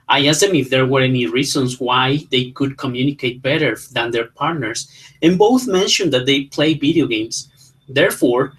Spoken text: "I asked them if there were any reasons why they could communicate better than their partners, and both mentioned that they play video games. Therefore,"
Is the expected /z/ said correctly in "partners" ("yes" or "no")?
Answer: no